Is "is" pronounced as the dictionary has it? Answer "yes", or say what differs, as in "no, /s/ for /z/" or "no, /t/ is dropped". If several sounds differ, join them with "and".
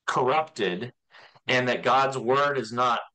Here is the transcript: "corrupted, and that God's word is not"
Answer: yes